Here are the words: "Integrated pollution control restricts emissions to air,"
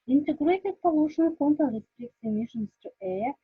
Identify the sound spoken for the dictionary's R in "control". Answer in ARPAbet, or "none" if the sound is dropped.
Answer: none